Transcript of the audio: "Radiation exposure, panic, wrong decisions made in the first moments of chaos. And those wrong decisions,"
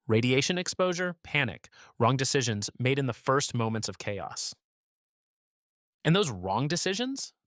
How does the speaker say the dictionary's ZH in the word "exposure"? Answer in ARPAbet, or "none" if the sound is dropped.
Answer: ZH